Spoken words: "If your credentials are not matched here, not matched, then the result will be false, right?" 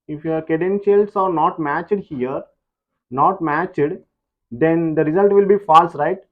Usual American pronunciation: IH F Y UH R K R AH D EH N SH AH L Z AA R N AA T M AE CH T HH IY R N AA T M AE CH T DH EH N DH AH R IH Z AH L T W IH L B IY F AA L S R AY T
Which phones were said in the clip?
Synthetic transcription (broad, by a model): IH F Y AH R K AH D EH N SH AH L S AA R N AA T M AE CH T HH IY R N AA T M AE CH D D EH N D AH R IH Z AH L T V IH L B IY F AA L S R AY T